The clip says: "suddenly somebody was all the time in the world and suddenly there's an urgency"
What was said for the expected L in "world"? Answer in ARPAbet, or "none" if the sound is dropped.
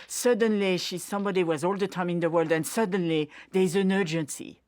L